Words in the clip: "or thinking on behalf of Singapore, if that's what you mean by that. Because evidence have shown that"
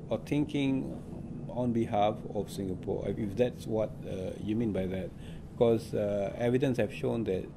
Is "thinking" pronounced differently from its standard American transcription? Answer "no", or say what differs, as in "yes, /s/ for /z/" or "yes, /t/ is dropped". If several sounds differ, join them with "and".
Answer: yes, /t/ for /θ/